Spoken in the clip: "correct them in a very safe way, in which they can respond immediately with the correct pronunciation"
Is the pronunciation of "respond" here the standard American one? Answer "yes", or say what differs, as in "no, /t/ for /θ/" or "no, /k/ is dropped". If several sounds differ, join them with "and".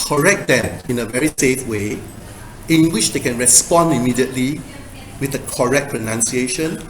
yes